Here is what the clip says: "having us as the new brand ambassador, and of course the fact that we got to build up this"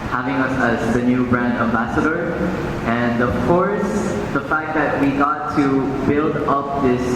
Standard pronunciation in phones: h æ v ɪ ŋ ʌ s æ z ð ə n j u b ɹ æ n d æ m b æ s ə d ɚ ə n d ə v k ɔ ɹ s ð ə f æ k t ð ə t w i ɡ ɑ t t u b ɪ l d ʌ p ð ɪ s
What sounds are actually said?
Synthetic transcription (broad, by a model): h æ v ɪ ŋ ʌ s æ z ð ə n j u b ɹ æ n d æ m b æ s ə d ɚ ə n d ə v k ɔ ɹ s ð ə f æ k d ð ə t w i ɡ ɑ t t u b ɪ l d ʌ p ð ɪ s